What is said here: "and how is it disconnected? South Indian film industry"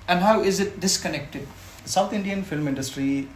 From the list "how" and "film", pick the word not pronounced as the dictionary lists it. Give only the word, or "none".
none